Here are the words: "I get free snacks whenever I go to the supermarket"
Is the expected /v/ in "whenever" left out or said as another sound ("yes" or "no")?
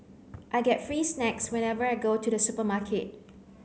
no